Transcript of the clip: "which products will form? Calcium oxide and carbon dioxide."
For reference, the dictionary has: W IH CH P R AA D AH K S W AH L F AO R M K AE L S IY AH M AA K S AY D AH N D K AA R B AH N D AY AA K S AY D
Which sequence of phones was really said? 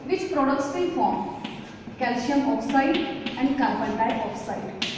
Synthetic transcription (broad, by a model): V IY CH P R AA D AH K S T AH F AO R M K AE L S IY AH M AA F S AY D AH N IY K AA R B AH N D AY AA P S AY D